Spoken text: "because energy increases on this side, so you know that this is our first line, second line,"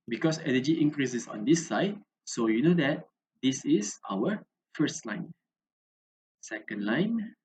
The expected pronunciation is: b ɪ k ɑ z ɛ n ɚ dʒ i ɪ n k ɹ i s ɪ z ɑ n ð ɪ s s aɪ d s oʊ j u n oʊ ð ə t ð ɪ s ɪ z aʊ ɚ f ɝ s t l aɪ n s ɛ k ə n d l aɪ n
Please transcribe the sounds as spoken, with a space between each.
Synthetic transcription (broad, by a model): b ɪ k ɑ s ɛ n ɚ dʒ i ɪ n k ɹ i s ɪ s ɑ n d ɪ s s aɪ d s oʊ j u n oʊ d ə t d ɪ s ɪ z aʊ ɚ f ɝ s t l aɪ n s ɛ k ə n d l aɪ n